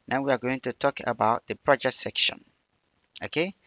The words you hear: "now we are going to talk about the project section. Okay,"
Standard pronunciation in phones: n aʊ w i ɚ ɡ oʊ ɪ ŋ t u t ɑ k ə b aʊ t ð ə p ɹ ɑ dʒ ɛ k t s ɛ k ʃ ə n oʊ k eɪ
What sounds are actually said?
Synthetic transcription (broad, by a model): n aʊ w i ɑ ɡ oʊ ɪ ŋ t u t ɑ k ə b aʊ t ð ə p ɹ ɑ dʒ ɛ k t s ɛ k ʃ ə n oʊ k eɪ